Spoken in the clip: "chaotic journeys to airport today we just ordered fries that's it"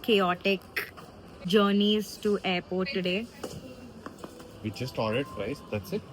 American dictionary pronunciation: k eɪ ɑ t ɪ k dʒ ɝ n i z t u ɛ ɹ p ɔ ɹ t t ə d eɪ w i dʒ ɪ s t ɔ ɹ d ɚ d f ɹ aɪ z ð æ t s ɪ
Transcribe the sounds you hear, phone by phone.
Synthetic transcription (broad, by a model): k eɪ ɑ t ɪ k dʒ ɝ n i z t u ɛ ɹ p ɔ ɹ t t ə d eɪ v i tʃ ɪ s t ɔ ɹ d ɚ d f ɹ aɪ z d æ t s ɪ